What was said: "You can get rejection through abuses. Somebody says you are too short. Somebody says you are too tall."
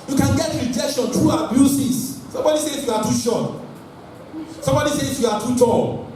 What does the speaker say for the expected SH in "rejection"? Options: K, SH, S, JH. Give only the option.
SH